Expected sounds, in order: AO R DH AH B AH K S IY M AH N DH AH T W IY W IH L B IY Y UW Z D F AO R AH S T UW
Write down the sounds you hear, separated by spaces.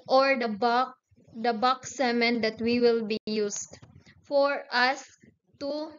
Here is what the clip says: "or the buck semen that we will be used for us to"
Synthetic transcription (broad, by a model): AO R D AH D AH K S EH M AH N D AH T W IY W IH L B IY Y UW S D F AO R AH S T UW